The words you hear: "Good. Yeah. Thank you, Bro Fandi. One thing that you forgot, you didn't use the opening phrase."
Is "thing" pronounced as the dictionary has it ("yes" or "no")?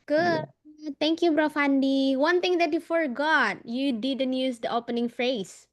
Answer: no